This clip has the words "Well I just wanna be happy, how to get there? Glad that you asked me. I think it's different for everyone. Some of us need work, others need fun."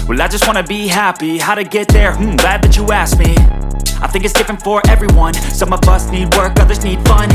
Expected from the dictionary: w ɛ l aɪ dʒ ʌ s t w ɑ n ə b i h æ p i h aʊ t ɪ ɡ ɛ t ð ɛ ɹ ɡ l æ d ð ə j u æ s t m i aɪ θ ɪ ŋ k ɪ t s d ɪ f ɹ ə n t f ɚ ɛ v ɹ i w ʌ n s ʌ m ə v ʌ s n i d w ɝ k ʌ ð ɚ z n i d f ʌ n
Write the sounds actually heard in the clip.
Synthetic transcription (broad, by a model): w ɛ l aɪ dʒ ʌ s t w ɑ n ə b i h æ p i h aʊ t ɪ ɡ ɛ t ð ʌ ɹ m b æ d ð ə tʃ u æ s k m i aɪ θ ɪ ŋ k ɪ t s d ɪ f ɹ ə n t f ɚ ɛ v ɹ i w ʌ n s ʌ m ə v ʌ s n i d w ɝ k ʌ ð ɚ z n i d f ʌ n